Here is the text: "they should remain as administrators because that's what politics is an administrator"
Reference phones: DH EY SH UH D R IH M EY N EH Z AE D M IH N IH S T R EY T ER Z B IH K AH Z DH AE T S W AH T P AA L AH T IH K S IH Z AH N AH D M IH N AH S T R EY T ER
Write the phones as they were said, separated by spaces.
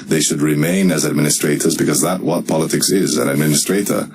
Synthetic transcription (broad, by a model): DH EY SH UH D R IH M EY N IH Z AE D M IH N IH S T R EY T ER Z B IH K AH Z DH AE T W AH T P AA L AH T IH K S IH Z AH N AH D M IH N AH S T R EY T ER